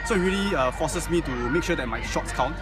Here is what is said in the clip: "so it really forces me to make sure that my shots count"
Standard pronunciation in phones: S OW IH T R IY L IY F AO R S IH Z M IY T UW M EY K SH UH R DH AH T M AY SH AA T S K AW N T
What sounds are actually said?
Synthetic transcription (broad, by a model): S OW IH T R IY L IY F AO S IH S M IY T UW M EY K SH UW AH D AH T M AY SH AA T S K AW N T